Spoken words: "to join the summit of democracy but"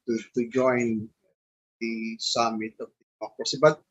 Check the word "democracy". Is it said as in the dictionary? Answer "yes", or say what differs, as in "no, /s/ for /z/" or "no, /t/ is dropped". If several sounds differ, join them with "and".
no, /m/ is dropped and /ɹ/ is dropped